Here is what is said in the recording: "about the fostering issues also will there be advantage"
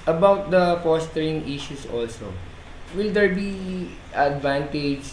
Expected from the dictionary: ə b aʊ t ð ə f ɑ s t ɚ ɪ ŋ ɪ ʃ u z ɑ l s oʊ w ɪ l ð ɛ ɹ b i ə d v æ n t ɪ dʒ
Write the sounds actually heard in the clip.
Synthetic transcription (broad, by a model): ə b aʊ t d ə f ɑ s t ɚ ɪ ŋ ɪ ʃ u s ɑ l s oʊ w ɪ l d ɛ ɹ b i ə d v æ n t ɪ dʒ